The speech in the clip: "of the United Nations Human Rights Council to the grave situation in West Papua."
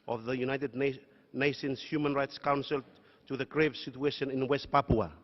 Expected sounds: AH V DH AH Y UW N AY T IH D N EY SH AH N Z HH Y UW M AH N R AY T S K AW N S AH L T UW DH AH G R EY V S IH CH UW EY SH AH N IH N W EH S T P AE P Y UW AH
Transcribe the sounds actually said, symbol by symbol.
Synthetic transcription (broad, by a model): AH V DH AH Y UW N AY T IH D N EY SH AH N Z HH Y UW M AH N R AY T S K AW N S AH L T UW DH AH G R EY V S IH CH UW EY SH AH N IH N W EH S T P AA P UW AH